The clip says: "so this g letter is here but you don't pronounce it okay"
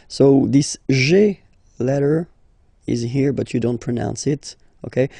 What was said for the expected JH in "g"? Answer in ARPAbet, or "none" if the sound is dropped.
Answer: ZH